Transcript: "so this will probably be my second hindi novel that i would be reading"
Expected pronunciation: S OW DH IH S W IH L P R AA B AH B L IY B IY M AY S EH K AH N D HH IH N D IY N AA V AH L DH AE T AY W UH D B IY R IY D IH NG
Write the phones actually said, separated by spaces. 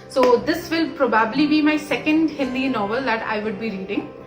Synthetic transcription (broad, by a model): S OW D IH S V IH L P R AA B AH B L IY B IY M AY S EH K AH N D HH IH L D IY N AA V AH L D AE T AY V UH D B IY R IY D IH NG